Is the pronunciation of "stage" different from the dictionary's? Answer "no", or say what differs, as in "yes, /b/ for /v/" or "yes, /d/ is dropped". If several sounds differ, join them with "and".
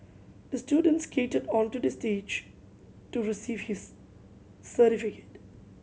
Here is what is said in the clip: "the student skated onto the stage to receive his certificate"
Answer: no